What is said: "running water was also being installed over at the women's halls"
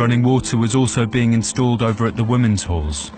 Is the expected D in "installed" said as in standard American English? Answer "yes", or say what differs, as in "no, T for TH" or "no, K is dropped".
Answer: yes